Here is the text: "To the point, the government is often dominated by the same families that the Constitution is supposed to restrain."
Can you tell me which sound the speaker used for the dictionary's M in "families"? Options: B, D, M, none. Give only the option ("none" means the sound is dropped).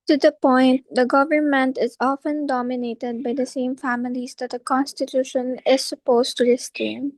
M